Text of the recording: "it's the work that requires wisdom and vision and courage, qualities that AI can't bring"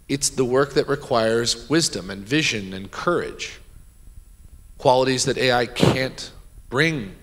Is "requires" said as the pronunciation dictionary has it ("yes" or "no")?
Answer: yes